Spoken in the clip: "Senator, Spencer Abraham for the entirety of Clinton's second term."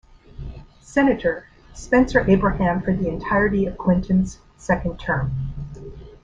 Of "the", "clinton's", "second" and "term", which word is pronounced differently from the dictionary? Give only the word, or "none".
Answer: clinton's